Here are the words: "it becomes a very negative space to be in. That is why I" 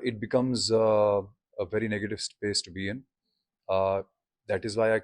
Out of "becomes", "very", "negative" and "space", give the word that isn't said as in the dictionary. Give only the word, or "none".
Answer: none